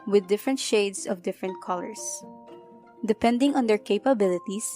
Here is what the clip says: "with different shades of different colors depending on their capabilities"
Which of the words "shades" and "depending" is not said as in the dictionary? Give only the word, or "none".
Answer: shades